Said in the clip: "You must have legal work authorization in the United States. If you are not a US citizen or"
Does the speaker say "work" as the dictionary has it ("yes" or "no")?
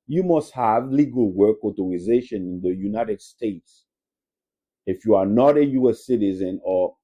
yes